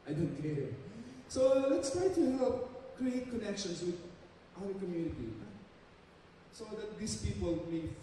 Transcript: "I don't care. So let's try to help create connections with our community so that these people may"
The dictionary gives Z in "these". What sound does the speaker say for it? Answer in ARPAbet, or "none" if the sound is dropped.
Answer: S